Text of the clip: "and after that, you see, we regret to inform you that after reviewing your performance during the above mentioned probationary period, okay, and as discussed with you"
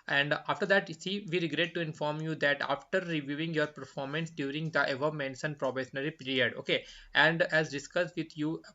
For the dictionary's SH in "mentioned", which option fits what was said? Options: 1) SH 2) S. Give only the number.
2